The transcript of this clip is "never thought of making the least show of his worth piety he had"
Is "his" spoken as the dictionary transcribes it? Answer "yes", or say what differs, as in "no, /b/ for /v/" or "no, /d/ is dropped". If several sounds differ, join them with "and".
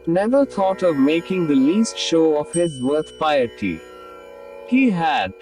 yes